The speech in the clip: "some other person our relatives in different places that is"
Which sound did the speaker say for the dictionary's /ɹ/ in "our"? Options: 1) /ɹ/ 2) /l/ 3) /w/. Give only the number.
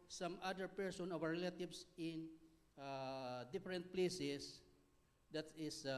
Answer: 3